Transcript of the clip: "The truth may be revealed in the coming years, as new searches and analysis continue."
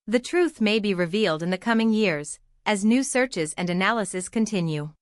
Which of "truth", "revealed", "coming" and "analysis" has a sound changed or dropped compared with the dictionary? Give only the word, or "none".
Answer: none